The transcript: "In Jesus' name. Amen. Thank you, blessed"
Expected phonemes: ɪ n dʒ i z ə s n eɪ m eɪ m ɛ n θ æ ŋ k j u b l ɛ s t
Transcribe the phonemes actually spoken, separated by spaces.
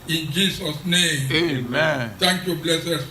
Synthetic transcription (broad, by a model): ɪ n dʒ i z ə s n eɪ m eɪ m ɛ n t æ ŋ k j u b l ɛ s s